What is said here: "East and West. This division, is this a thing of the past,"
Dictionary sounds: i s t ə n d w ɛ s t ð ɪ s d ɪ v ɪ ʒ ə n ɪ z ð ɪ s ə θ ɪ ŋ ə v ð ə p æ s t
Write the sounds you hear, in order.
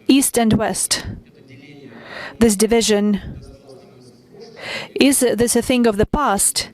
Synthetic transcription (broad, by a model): i s t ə n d w ɛ s t ð ɪ s d ɪ v ɪ ʒ ə n ɪ z ð ɪ s ə θ ɪ ŋ ə v ð ə p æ s t